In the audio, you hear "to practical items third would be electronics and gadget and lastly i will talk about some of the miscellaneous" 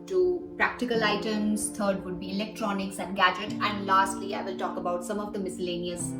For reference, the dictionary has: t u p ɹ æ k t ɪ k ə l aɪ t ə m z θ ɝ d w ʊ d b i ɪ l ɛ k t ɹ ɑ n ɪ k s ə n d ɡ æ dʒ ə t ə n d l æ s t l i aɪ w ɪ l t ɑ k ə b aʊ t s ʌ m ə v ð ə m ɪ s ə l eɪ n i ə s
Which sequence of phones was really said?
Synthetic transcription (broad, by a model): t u p ɹ æ k t ɪ k ə l aɪ t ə m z t ɝ d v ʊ d b i ɪ l ɛ k t ɹ ɑ n ɪ k s ə n d ɡ æ dʒ ə t ə n d l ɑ s t l i aɪ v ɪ l t ɑ k ə b aʊ t s ʌ m ə v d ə m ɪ s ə l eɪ n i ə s